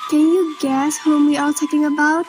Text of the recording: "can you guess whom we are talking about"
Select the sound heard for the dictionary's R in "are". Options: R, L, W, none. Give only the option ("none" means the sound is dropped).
L